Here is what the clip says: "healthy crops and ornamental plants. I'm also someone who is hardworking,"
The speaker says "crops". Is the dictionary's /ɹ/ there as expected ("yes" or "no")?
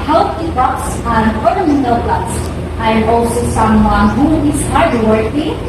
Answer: no